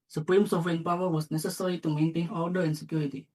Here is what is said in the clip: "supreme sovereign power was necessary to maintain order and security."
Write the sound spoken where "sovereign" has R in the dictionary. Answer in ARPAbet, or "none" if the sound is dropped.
none